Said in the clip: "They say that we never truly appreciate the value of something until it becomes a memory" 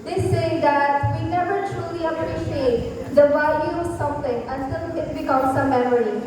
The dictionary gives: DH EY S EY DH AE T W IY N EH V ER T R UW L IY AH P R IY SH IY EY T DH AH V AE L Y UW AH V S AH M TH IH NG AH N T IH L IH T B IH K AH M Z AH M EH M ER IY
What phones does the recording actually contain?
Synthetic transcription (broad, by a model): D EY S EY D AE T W IY N EH V ER T R UW L IY AH P R IY SH IY EY T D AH V AE L Y UW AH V S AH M T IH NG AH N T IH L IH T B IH K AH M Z AH M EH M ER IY